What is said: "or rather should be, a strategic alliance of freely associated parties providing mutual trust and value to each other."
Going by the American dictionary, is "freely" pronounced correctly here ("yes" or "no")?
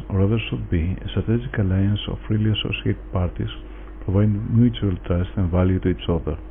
yes